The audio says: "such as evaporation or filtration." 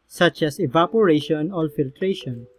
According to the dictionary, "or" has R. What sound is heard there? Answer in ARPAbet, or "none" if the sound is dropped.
L